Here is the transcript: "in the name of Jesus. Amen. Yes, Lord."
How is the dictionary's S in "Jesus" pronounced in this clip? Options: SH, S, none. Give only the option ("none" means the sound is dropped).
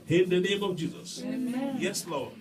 S